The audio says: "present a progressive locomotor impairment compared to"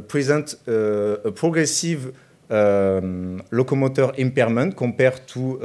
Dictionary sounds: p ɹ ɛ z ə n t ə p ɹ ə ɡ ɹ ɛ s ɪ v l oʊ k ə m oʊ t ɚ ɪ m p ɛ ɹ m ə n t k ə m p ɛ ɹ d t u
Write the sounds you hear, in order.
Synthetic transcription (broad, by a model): p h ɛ z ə t ə p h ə ɡ ɹ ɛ s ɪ v l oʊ k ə m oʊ t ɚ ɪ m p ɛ ɹ m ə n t k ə p ɛ ɹ t u